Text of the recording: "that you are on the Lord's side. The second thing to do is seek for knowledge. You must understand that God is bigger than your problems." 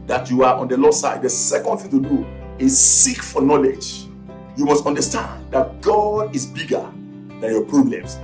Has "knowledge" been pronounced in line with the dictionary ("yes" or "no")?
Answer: yes